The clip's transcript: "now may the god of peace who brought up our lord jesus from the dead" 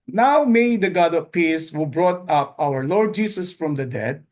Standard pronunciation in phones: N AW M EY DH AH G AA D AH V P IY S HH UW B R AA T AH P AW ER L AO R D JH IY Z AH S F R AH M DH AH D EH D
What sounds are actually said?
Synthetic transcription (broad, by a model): N AW M EY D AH G AA D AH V P IY S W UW B R AA T AH P AW ER L AO R D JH IY S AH S F R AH M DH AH D EH D